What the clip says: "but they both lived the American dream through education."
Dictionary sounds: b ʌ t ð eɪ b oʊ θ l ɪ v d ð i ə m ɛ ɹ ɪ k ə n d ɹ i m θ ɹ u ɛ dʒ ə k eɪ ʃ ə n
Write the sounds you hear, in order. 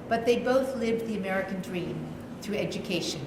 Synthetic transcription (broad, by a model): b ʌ t ð eɪ b oʊ θ l ɪ v ð i ə m ɛ ɹ ɪ k ə n d ɹ i m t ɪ ɛ dʒ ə k eɪ ʃ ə n